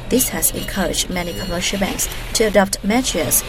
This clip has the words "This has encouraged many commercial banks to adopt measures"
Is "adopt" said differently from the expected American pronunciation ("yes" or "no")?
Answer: no